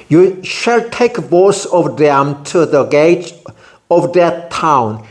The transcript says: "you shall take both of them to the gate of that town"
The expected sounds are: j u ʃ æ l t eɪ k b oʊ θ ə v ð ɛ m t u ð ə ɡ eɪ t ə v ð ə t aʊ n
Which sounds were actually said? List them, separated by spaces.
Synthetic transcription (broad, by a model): j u ʃ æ l t eɪ k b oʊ s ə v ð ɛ m t u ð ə ɡ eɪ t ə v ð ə t aʊ n